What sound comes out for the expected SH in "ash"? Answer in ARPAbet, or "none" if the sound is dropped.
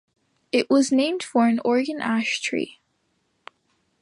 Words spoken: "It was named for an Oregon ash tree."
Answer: SH